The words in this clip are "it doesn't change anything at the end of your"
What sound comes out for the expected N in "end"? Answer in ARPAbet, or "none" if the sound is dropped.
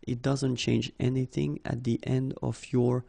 N